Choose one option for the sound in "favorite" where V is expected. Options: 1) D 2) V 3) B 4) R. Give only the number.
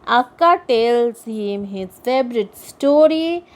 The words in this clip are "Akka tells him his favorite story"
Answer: 3